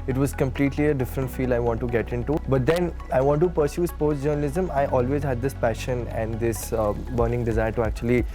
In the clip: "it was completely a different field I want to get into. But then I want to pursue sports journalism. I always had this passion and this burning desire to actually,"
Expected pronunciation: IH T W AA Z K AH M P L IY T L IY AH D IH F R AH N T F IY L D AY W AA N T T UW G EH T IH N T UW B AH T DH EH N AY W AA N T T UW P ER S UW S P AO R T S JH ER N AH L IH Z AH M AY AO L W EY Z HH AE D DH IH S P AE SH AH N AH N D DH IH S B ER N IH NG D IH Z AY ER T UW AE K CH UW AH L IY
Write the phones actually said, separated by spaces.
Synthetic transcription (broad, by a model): IH T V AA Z K AH M P L IY T L IY AH D IH F R AH N T F IY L AY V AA N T T UW G EH T IH N T UW B AH T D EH N AY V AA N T T UW P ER S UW S P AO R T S JH ER N AH L IH Z AH M AY AO L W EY Z HH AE D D IH S P AE SH AH N AH N D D IH S B ER N IH NG D IH Z AY ER T UW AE K CH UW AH L IY